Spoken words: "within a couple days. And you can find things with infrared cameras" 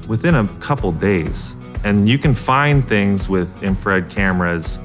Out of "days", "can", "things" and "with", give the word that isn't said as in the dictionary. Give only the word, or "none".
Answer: none